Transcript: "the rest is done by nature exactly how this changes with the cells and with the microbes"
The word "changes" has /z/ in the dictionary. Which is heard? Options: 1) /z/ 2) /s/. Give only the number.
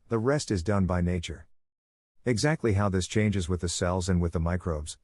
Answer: 1